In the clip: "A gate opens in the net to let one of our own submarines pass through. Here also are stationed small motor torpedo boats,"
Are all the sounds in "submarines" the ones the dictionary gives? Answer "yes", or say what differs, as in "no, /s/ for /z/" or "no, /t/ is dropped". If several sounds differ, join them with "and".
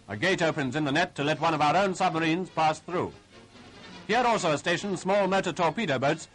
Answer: yes